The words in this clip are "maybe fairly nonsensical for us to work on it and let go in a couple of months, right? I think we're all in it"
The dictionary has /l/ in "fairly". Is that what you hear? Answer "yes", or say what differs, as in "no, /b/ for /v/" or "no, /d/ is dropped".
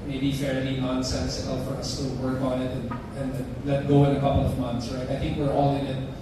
no, /n/ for /l/